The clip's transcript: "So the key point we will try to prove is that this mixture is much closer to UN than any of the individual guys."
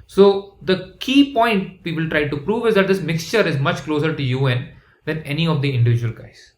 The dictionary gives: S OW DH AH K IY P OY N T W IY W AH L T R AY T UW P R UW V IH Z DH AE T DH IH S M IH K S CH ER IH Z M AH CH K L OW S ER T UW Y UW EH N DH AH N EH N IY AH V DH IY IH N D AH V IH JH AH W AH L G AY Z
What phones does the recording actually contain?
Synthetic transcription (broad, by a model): S OW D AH K IY P OY N T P IY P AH L T R AY T UW P R UW V IH Z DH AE T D IH S M IH K S CH ER IH Z M AH CH K L OW S ER T UW Y UW EH N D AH N EH N IY AH V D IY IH N D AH V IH JH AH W AH L G AY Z